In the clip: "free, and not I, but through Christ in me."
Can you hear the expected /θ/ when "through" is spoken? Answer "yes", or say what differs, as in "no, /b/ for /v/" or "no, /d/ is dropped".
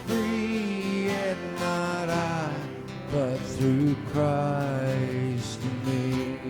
yes